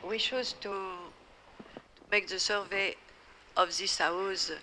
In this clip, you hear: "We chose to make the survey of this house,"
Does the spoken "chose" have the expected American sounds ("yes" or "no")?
no